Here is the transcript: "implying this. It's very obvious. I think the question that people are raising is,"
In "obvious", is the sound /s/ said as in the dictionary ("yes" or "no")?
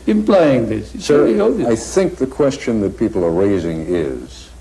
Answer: no